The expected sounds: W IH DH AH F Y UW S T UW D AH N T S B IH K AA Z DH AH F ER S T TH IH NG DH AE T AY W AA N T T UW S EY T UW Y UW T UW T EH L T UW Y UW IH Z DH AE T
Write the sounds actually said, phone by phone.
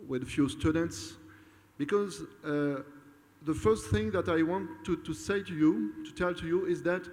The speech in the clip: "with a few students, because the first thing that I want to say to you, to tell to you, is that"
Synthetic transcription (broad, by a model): W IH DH AH F Y UW S T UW D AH N T S B IH K AA Z DH AH F ER S T TH IH NG DH AE T AY W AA N T T UW S EY T UW Y UW T UW T EH L T UW Y UW IH Z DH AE T